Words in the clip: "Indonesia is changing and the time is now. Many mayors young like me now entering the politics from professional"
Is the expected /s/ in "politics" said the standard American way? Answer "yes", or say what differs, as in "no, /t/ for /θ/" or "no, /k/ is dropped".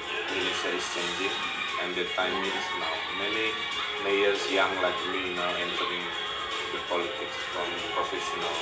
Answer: yes